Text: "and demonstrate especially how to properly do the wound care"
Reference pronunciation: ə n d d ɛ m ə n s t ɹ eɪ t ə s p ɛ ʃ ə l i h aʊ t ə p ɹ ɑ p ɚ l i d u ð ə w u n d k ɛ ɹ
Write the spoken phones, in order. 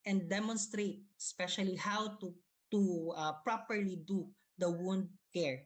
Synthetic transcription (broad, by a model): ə n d d ɛ m ə n s t ɹ eɪ t ə s p ɛ ʃ ə l i h aʊ t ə p ɹ ɑ p ɚ l i d u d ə w u n d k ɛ ɹ